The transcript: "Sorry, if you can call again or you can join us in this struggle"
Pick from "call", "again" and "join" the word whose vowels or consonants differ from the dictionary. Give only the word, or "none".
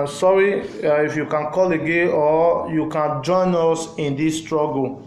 again